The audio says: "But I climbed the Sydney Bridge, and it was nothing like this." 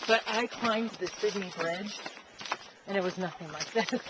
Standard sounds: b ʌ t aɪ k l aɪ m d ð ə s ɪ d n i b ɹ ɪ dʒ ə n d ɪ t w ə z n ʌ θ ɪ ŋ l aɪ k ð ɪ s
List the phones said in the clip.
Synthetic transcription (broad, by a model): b ʌ t aɪ k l aɪ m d ð ə s ɪ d i b ɹ ɪ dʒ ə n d ɪ t w ə z n ʌ θ ɪ ŋ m aɪ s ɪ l